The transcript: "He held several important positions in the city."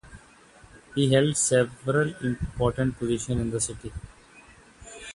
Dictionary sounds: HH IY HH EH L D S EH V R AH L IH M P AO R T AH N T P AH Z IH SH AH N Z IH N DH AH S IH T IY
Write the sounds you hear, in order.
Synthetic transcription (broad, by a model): HH IY HH EH L D S EH V R AH L IH M P AO R T AH N T P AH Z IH SH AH N IH N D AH S IH T IY